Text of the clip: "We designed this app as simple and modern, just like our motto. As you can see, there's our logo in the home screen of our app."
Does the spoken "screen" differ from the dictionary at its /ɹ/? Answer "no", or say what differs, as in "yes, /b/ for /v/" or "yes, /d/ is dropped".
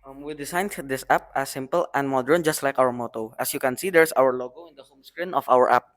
no